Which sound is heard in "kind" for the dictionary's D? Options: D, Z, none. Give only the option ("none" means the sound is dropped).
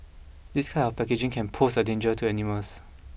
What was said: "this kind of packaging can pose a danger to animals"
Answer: none